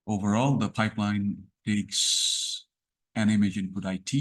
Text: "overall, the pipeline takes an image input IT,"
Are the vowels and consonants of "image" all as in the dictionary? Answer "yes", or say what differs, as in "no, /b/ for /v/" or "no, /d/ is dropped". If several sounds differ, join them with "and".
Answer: yes